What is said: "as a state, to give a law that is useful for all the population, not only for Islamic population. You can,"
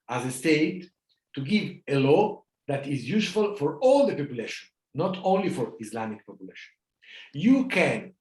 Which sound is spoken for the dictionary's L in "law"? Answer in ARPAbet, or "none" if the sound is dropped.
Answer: L